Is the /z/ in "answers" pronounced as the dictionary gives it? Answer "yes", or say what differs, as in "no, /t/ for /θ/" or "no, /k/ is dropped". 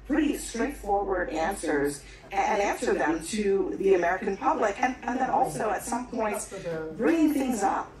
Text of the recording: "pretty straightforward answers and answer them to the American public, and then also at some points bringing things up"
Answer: yes